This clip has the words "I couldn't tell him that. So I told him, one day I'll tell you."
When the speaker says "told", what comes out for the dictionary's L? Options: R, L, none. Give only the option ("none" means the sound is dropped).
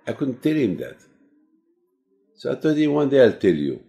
none